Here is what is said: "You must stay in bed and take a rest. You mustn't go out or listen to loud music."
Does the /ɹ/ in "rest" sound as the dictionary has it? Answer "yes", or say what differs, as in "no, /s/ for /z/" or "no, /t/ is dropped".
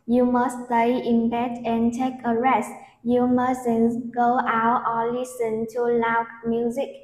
yes